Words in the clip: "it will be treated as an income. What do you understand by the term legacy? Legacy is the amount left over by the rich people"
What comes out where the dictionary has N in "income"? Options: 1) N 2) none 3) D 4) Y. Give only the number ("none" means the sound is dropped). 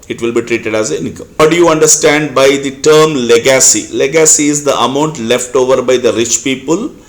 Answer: 2